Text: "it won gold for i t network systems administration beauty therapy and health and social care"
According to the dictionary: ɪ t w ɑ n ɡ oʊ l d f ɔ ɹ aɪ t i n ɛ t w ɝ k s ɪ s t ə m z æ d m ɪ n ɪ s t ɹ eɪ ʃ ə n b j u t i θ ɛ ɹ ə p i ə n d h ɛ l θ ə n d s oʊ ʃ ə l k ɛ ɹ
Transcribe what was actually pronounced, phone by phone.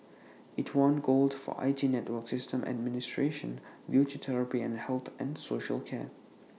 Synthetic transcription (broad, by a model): ɪ t w ɑ n ɡ oʊ l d f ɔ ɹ aɪ t i n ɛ t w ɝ k s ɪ s t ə m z æ d m ɪ n ɪ s t ɹ eɪ ʃ ə n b j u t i t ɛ ɹ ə p i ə n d h ɛ l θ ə n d s oʊ ʃ ə l k ɛ